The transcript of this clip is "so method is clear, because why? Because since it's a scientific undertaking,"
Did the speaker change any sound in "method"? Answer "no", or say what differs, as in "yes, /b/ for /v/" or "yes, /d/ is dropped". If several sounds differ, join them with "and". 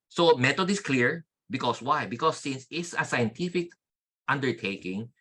yes, /t/ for /θ/